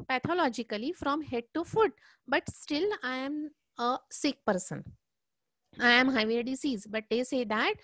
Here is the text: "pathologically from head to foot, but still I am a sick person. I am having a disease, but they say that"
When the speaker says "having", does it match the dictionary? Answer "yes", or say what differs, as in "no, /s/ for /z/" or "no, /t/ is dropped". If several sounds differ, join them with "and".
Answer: no, /v/ is dropped